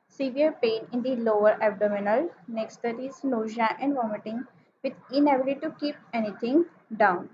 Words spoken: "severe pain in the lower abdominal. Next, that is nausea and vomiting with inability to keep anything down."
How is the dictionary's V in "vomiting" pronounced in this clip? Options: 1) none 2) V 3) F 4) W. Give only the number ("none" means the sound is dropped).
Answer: 2